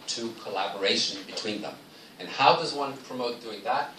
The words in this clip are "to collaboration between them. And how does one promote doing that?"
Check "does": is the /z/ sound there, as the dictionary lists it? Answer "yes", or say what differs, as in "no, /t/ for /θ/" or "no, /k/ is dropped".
yes